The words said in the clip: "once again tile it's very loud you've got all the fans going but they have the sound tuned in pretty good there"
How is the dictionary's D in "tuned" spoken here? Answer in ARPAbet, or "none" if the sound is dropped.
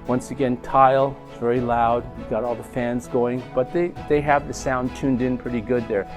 D